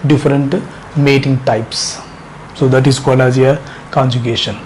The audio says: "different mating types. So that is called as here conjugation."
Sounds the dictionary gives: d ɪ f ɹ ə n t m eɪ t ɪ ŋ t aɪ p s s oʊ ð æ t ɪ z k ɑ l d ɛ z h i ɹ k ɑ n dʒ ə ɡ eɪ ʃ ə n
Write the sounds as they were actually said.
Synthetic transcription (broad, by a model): d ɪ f ɹ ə n t m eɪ t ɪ ŋ t aɪ p s s oʊ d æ t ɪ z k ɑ l ɑ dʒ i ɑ k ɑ n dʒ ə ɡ eɪ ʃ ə n